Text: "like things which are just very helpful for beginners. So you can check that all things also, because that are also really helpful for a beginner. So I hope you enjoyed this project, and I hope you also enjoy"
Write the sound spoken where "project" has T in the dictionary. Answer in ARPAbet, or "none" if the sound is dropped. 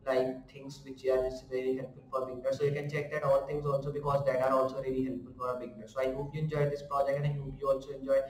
none